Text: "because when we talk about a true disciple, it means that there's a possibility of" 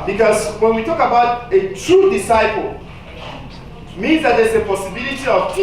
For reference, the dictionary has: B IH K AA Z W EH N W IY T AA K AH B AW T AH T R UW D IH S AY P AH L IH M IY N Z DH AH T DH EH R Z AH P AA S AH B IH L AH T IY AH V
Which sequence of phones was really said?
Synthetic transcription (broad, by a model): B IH K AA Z W EH N W IY T AA K AH B AW T AH T R UW D IH S AY P AH L M IY N Z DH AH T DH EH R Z AH P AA S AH B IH L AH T IY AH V